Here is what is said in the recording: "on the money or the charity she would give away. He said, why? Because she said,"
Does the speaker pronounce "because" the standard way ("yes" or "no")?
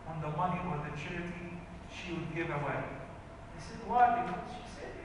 no